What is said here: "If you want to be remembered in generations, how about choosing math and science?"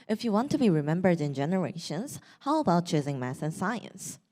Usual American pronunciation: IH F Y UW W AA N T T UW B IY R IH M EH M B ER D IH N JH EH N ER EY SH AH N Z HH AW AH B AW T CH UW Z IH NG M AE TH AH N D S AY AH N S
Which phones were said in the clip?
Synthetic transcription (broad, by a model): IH F Y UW W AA N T T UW B IY R IH M EH M B ER D IH N JH EH N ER EY SH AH N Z HH AW AH B AW T CH UW Z IH NG M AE S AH N S AY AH N S